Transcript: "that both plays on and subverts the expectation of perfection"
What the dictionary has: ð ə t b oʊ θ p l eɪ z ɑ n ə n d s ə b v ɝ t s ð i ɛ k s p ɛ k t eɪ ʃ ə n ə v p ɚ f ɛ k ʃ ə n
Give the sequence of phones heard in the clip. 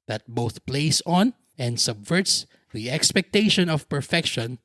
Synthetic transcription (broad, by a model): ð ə t b oʊ θ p l eɪ s ɑ n ə n d s ə b v ɝ t s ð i ɛ k s p ɛ k t eɪ ʃ ə n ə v p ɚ f ɛ k ʃ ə n